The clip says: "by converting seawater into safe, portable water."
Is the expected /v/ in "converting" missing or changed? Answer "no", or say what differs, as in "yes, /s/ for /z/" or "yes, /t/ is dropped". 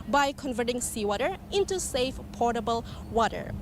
no